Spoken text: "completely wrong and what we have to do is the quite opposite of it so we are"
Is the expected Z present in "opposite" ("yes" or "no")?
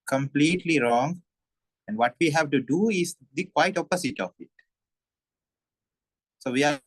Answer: no